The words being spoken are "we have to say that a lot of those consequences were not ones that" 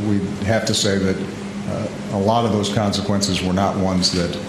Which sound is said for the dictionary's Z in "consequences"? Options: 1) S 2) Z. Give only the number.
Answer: 2